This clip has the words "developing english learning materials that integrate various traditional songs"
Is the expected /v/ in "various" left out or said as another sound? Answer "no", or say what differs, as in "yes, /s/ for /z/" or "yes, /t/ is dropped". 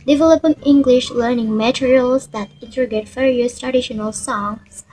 yes, /f/ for /v/